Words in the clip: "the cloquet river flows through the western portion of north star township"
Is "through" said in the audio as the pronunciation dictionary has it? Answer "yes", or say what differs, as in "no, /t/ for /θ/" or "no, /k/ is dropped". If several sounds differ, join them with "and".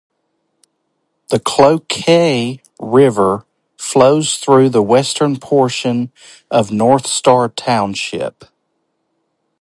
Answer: yes